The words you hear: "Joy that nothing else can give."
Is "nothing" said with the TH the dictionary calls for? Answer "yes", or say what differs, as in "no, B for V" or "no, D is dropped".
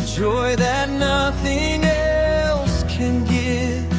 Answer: yes